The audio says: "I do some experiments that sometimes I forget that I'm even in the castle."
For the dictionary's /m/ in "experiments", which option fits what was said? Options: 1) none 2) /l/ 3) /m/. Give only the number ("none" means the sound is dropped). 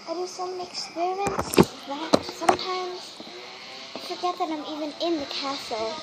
1